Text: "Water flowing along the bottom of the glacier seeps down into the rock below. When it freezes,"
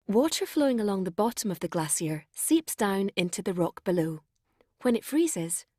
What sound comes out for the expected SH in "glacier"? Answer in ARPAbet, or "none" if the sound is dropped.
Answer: S